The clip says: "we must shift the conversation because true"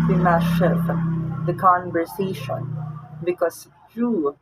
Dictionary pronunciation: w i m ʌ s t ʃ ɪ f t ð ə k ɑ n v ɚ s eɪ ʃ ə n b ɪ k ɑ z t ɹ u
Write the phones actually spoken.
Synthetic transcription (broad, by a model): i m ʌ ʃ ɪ t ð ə k ɑ n v ɚ s eɪ ʃ ə n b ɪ k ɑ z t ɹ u